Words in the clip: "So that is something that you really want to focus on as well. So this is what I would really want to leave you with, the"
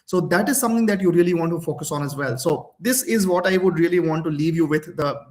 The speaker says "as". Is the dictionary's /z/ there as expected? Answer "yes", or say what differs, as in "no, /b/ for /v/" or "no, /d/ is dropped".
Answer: yes